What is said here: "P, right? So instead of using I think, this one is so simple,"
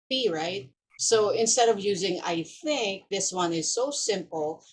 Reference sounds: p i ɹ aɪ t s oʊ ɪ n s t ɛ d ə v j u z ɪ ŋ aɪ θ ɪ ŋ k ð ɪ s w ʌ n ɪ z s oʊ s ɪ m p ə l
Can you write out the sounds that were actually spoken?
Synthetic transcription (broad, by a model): i ɹ aɪ t s oʊ ɪ n s t ɛ d ə v j u z ɪ ŋ aɪ θ ɪ ŋ k ð ɪ s w ʌ n ɪ z s oʊ s ɪ m p l